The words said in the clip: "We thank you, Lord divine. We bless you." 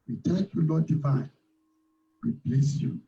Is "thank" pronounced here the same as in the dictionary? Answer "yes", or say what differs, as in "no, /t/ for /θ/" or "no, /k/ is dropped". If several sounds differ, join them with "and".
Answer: no, /t/ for /θ/ and /ŋ/ is dropped